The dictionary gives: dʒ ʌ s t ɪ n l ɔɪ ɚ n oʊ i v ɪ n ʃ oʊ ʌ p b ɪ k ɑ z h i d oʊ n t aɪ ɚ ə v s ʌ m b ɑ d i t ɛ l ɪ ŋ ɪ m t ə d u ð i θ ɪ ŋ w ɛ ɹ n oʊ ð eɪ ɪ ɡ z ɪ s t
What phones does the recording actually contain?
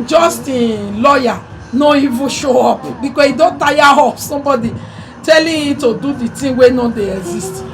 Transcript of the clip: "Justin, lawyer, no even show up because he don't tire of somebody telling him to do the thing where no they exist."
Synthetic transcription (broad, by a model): dʒ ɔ s t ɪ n l ɔɪ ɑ n oʊ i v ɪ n ʃ oʊ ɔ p b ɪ k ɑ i d oʊ n t aɪ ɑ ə p s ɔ m b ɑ d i t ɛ l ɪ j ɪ t ə d u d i t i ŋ w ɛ n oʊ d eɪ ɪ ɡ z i s t